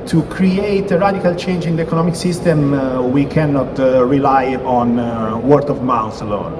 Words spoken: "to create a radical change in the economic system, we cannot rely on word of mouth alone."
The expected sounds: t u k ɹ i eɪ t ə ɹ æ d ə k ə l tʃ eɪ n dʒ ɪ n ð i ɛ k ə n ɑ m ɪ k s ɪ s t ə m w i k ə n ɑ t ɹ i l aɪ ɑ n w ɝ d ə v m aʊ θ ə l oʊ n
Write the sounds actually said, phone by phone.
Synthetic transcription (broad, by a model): t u k ɹ i eɪ t ə ɹ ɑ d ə k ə l tʃ eɪ n dʒ ɪ n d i ɛ k ə n ɑ m ɪ k s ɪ s t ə m w i k ə n ɑ t ɹ i l aɪ ɑ n w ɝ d ə v m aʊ s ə l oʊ n